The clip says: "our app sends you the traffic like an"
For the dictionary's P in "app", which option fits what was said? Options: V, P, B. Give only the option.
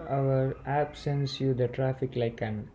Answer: B